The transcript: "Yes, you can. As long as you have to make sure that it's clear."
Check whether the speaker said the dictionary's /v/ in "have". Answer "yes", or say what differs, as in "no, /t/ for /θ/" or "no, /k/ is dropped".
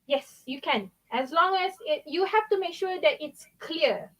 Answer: no, /f/ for /v/